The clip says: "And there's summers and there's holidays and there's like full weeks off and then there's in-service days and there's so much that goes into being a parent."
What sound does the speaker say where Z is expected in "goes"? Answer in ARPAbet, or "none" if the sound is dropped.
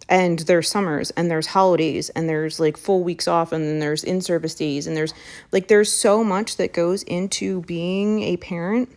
Z